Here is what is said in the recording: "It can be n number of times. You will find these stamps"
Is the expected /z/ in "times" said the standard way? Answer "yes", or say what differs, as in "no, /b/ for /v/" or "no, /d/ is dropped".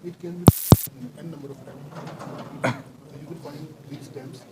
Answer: no, /z/ is dropped